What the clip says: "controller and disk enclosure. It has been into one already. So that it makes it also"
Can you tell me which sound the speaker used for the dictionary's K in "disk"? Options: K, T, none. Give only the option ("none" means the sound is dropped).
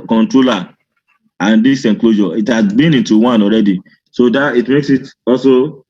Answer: none